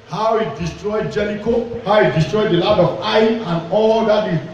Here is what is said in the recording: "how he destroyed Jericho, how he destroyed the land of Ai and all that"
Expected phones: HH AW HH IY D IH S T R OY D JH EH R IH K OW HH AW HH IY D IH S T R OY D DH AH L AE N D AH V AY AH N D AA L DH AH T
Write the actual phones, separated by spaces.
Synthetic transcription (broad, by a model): HH AW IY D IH S T R OY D JH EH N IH K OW HH AW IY D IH S T R OY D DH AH L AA D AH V AY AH N AA L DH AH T